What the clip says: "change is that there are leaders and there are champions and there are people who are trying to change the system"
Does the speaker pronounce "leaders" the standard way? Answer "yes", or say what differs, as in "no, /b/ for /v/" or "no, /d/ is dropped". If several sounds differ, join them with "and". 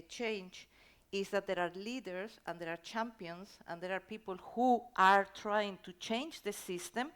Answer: no, /s/ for /z/